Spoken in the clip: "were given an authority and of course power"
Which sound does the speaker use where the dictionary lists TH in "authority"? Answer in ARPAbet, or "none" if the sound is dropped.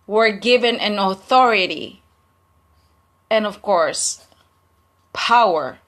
TH